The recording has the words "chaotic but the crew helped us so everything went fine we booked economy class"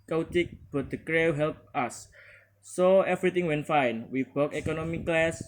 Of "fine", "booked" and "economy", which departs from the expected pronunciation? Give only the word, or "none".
booked